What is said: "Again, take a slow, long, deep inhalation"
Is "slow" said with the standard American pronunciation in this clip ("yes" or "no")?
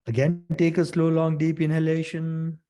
yes